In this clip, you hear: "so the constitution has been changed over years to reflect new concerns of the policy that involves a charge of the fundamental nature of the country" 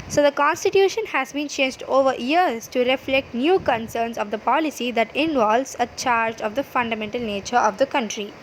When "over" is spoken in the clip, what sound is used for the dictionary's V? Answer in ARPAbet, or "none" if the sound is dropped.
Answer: V